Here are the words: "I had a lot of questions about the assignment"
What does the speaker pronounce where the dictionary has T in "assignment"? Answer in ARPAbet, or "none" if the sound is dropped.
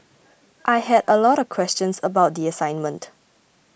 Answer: T